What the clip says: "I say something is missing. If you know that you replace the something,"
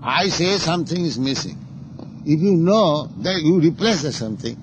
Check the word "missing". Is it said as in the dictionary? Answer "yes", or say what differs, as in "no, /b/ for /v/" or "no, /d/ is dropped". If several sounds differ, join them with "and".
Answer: yes